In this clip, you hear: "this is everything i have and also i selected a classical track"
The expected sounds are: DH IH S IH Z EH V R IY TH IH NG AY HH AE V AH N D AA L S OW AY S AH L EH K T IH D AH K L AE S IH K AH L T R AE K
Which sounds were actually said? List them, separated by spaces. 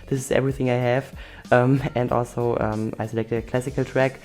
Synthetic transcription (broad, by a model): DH IH S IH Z EH V R IY TH IH NG AY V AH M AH N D AA L S OW AY S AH L EH K T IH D AH K L AE S IH K AH L T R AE K